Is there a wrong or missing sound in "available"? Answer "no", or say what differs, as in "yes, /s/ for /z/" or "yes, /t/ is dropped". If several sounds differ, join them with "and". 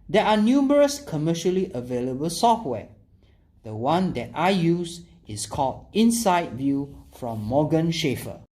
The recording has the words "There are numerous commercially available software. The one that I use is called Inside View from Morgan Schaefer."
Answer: no